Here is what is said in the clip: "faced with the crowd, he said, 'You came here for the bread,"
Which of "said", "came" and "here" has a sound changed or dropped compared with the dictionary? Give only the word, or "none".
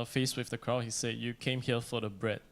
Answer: here